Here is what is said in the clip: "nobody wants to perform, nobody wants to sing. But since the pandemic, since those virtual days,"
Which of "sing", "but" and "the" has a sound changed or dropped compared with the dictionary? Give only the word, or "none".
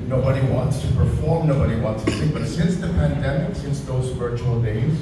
sing